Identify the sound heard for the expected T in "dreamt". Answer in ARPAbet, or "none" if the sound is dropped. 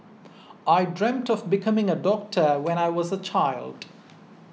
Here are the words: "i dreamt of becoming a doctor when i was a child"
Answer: T